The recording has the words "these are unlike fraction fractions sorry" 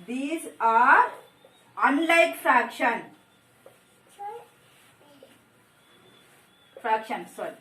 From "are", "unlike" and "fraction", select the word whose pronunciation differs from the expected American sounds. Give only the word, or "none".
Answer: none